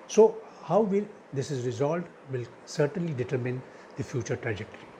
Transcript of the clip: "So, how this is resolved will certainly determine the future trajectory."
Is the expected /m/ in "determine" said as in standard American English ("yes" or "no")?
yes